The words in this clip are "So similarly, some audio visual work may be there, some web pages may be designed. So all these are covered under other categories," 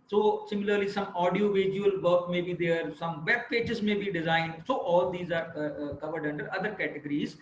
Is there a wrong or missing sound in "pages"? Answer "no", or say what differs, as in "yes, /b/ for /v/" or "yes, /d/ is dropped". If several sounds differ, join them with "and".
yes, /tʃ/ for /dʒ/